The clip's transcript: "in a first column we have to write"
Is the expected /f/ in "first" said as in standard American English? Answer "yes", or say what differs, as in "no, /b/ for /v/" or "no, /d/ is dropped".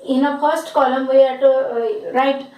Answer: no, /p/ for /f/